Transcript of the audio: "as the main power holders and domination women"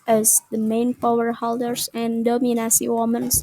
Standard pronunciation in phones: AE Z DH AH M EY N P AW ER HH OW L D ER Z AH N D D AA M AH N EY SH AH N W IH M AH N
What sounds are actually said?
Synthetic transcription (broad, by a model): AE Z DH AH M EY N P AW ER HH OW L D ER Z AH N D D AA M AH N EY S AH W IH M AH N